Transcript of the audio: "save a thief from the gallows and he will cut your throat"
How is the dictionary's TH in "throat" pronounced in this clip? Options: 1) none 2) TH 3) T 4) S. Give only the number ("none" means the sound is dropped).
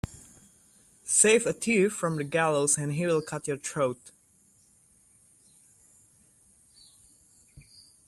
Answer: 3